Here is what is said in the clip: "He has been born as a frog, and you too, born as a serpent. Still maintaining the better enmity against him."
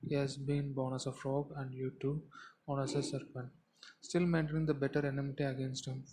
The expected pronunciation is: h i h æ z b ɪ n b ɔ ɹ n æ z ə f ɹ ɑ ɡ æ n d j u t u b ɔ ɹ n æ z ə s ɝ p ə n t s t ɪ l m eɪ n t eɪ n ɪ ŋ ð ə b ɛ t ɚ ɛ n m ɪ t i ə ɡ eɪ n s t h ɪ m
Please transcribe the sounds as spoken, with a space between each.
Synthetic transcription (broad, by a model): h i h æ z b ɪ n b ɔ ɹ n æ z ə f ɹ ɑ ɡ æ n d j u t u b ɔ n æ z ə s ɝ p ə n t s t ɪ l m eɪ n t eɪ n ɪ ŋ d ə b ɛ t ɚ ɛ n m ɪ t i ə ɡ eɪ n s t h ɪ m